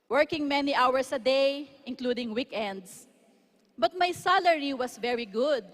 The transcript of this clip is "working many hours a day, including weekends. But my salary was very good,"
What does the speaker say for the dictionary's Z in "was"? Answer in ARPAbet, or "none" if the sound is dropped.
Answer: S